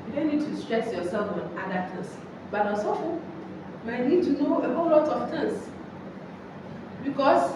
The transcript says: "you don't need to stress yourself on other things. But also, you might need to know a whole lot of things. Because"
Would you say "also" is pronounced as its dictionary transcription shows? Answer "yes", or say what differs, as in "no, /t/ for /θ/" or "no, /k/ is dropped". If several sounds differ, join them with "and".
no, /l/ is dropped